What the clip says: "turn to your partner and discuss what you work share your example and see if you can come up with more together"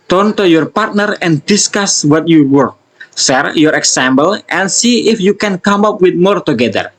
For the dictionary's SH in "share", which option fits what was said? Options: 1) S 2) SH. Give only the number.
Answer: 1